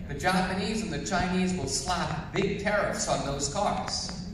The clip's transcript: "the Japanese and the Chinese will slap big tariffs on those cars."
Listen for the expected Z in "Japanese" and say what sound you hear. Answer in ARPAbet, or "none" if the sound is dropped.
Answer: Z